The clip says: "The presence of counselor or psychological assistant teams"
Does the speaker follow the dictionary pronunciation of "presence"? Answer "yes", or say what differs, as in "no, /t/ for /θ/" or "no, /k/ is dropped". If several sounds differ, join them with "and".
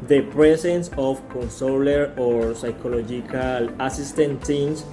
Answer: no, /s/ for /z/